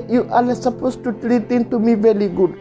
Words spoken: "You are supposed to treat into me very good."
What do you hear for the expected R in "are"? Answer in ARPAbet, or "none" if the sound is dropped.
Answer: L